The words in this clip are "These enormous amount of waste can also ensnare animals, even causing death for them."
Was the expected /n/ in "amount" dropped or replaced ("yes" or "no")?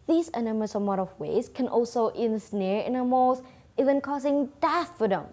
yes